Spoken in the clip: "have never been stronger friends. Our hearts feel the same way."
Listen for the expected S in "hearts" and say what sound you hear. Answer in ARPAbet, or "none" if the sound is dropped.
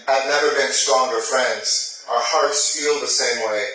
S